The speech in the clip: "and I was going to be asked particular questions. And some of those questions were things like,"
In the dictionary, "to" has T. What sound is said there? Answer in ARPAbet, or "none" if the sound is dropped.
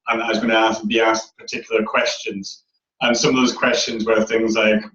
S